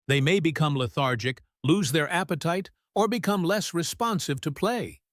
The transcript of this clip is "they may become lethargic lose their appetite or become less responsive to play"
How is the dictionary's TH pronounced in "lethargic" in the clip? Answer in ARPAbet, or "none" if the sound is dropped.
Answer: TH